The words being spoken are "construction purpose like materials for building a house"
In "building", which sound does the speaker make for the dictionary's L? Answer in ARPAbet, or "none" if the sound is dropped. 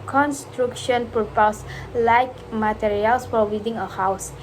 none